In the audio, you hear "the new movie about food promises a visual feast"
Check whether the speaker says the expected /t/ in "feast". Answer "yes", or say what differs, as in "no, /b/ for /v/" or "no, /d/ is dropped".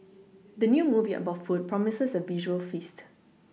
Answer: yes